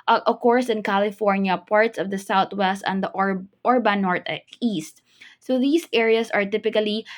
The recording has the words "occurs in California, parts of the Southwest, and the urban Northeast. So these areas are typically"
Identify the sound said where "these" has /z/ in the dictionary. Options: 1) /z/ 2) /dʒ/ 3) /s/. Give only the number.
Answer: 3